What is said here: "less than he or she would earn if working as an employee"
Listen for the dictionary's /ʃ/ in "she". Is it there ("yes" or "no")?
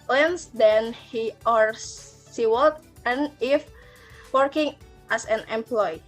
no